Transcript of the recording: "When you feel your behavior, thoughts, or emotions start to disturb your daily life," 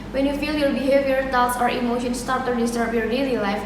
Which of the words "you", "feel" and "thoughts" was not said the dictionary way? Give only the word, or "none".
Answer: thoughts